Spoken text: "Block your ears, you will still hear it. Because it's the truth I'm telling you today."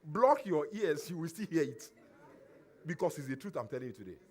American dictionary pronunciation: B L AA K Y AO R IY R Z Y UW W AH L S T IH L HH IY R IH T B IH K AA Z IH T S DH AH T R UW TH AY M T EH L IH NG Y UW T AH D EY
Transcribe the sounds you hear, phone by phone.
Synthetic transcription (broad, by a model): B L AA K Y AO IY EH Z Y UW W AH L S T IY L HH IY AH IH T B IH K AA S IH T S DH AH T R UW TH AY M T EH L IH NG Y UW T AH D EY